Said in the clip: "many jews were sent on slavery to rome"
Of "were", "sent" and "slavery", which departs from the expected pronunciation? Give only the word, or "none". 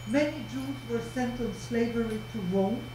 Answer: none